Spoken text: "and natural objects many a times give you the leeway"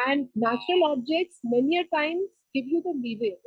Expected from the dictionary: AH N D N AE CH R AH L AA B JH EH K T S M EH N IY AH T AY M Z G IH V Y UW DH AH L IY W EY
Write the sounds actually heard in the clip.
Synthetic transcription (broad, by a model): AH N D N AE CH R AH L AA B JH EH K T S M EH N IY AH T AY M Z G IH V Y UW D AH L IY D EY